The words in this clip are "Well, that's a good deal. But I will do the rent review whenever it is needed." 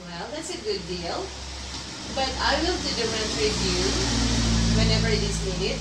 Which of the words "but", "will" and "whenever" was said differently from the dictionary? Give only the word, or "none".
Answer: none